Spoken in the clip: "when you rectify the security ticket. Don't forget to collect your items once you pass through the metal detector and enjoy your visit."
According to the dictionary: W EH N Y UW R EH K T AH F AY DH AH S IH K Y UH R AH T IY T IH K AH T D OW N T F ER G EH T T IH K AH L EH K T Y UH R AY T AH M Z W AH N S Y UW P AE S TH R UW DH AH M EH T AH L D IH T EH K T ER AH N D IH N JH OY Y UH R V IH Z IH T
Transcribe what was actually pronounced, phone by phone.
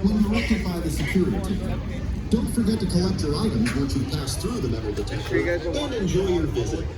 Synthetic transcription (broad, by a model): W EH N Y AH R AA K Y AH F AY DH AH S IH K Y UH R AH T IY D OW N T F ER G EH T T IH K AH EH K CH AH R AY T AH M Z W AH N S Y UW P AE S TH R UW DH AH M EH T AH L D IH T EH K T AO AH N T IH N JH OY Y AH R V IH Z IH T